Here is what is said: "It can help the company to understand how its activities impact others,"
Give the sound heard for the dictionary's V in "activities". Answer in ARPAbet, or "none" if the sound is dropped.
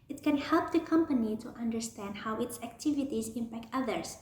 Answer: V